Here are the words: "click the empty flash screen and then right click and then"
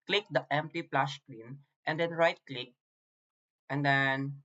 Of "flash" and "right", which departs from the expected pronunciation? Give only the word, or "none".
flash